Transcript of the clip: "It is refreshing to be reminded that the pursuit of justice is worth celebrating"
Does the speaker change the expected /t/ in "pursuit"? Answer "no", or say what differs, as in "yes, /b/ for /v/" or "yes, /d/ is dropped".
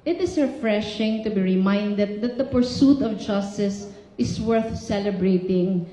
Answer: no